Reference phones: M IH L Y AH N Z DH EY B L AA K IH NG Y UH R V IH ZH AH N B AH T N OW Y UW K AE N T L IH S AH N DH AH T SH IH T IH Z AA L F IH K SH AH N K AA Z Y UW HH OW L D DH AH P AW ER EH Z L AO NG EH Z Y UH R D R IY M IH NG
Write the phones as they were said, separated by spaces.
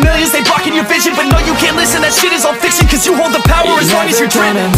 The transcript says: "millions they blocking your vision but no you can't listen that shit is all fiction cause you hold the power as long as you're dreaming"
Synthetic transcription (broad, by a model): M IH L Y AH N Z DH EY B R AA K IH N Y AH R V IH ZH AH N B AH T N OW Y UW K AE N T L IH S AH N DH AH T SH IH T IH Z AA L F IH K S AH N K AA Z Y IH HH OW L D DH AH P AW ER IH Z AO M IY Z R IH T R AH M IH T